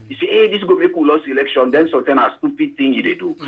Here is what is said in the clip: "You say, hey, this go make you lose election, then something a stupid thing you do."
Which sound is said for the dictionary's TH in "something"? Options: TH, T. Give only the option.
T